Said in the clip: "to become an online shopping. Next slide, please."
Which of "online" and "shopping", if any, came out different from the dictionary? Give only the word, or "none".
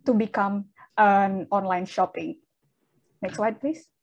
none